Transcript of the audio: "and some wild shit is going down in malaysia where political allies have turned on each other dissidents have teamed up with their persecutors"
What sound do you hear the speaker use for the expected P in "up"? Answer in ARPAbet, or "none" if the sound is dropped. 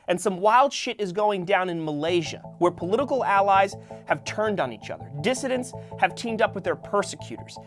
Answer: P